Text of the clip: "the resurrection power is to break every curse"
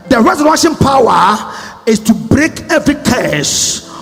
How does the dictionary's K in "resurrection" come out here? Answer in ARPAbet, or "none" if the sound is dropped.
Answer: none